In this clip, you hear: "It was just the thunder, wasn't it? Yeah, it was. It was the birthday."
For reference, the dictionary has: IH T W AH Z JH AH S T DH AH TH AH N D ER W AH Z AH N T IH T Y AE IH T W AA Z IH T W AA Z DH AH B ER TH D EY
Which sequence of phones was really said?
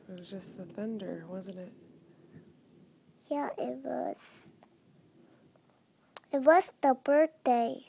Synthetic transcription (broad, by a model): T W AH Z JH AH S T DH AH TH AH N D ER W AH Z AH N T IH T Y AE IH T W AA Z IH T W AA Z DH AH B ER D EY